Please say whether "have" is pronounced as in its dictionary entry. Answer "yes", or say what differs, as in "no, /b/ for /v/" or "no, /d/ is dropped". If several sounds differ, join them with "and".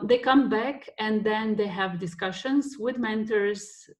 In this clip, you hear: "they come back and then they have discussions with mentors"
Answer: yes